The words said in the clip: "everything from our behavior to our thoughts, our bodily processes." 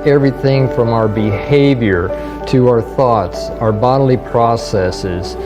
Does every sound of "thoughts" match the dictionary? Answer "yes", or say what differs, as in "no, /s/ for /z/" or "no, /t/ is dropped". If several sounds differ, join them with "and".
yes